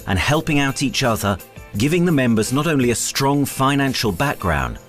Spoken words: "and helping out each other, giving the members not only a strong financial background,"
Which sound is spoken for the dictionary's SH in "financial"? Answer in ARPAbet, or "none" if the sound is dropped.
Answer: SH